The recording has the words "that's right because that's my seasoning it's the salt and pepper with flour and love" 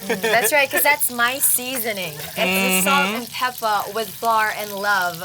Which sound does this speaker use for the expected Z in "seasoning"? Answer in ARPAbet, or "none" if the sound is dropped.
Z